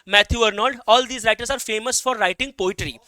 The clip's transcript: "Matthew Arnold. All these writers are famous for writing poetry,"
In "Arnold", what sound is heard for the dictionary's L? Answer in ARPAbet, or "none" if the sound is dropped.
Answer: none